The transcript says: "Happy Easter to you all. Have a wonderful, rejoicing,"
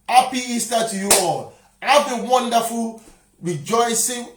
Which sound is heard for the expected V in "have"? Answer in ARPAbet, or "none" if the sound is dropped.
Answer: B